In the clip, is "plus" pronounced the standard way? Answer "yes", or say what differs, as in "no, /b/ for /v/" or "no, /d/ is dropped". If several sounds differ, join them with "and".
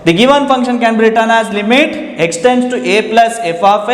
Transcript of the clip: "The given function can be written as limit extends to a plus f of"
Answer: yes